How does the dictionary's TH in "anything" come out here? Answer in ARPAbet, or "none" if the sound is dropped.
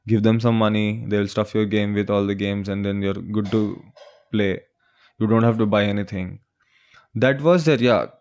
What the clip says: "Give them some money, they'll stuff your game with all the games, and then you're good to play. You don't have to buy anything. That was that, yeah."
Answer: T